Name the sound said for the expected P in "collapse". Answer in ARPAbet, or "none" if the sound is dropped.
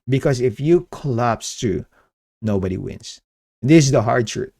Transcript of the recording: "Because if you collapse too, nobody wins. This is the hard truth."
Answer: P